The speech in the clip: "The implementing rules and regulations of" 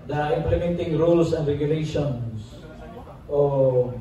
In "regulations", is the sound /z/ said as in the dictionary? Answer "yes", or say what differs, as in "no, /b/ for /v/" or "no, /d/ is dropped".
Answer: no, /s/ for /z/